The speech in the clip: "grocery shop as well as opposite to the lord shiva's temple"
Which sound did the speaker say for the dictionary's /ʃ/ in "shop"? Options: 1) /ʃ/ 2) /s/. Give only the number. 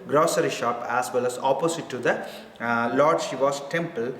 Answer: 1